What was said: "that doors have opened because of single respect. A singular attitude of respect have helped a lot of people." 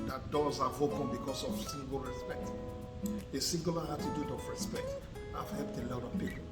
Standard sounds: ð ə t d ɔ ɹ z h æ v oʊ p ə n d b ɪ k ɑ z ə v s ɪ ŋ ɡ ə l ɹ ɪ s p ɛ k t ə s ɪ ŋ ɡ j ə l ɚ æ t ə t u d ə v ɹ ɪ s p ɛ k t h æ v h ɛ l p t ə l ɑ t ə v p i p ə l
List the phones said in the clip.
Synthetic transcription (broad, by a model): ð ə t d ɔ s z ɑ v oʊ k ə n b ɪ k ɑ s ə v s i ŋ ɡ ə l ɹ ɪ s p ɛ k t ə s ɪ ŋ ɡ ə l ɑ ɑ t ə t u d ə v ɹ ɪ s p ɛ k t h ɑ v h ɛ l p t ə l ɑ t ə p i